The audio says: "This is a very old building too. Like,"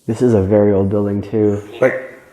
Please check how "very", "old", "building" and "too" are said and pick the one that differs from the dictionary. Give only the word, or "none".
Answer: none